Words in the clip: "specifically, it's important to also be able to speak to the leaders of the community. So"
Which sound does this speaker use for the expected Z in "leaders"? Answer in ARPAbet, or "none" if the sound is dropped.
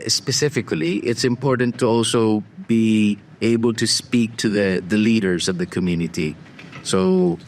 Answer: Z